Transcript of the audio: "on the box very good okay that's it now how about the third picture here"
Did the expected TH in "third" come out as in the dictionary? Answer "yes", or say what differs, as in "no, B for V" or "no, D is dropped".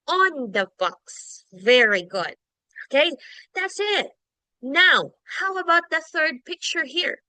yes